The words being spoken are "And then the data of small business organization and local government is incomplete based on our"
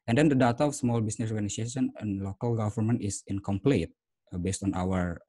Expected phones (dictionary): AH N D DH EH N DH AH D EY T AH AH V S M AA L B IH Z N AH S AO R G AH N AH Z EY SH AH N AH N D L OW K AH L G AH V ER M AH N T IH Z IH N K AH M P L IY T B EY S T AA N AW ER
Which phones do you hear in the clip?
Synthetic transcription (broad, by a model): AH N D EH N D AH D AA T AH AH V S M AA L B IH S N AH S AO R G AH N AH S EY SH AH N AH N L OW K AH L G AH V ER M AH N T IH S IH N K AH M P L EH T B EY S T AA N AW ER